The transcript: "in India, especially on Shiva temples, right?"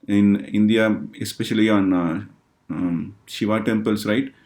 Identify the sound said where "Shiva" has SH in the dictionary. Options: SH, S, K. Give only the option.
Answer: SH